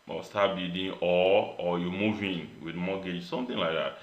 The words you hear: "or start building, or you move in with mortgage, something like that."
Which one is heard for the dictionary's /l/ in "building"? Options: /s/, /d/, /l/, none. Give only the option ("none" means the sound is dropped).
none